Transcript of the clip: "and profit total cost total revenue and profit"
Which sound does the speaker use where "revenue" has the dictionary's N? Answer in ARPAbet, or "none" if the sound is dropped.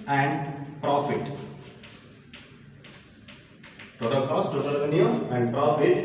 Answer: none